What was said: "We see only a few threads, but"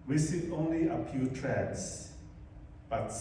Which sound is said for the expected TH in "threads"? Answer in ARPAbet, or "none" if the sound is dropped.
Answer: T